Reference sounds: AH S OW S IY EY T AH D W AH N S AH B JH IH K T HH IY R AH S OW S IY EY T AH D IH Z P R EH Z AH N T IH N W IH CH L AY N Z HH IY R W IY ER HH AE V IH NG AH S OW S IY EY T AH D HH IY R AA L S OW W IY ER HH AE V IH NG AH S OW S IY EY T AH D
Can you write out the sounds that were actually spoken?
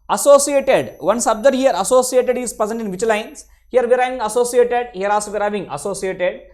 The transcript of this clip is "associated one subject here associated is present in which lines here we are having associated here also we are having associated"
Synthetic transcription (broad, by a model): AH S OW S IY EY T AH D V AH N S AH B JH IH T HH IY R AH S OW S IY EY T AH D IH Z P R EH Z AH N T IH N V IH CH L AY N S HH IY R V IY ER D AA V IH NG AH S OW S IY EY T AH D HH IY R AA S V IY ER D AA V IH NG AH S OW S IY EY T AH D